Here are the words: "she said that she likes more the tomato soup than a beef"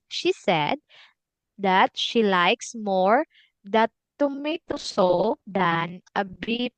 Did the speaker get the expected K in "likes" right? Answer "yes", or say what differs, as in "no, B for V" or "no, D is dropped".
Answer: yes